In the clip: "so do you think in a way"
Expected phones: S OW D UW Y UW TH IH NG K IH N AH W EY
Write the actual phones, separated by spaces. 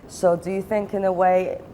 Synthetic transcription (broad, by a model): S OW D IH Y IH TH IH NG K IH N AH W EY